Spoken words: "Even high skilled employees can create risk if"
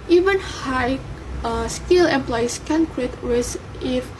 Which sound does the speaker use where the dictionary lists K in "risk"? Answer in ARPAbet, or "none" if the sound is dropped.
none